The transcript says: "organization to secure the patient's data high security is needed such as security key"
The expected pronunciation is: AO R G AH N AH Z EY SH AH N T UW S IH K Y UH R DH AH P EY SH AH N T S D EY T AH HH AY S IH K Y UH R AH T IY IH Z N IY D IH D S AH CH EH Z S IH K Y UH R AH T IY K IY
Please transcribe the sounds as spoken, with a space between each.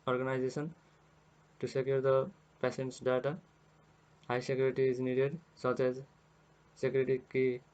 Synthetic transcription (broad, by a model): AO R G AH N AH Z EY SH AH N T UW S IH K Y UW R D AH P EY S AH N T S D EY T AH HH AY S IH K Y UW R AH T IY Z N IY D IH D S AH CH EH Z S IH K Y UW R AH T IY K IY